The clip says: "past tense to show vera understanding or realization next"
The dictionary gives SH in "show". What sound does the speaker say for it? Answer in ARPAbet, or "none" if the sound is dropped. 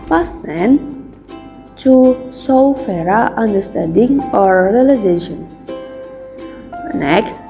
S